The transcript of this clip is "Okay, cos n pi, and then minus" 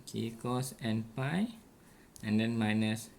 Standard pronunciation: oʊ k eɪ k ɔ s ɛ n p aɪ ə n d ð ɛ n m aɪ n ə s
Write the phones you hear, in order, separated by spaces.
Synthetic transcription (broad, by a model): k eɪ k ɔ s ɛ n p aɪ ə n d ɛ n m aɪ n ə s